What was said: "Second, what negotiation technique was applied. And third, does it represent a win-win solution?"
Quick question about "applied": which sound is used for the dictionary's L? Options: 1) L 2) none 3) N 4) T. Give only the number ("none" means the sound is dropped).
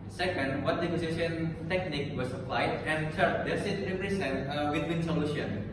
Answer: 1